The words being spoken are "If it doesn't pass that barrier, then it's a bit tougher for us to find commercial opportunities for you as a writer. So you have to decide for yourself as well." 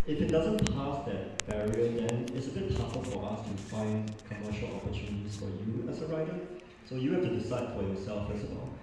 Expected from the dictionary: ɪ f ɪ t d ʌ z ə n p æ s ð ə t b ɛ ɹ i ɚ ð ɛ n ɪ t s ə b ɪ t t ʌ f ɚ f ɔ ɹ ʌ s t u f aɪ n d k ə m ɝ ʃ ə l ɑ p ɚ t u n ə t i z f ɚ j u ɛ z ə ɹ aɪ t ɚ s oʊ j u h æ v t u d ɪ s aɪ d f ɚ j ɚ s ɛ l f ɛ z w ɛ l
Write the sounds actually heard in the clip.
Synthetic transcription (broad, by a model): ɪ f ɪ t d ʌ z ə n p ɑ s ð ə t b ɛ ɹ i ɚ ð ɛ n ɪ t s ə b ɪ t t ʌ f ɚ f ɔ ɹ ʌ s t u f aɪ n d k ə m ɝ ʃ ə l ɑ p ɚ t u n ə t i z f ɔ j u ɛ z ə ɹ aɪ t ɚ s oʊ j u h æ f t u d ɪ s aɪ d f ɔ j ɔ s ɛ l f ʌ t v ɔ l